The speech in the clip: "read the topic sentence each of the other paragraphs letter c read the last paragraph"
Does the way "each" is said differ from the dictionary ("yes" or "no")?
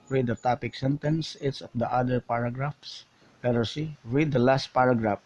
yes